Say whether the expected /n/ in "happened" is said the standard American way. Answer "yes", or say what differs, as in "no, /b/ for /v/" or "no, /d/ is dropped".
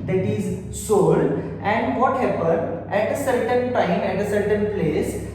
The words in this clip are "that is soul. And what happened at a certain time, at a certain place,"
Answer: no, /n/ is dropped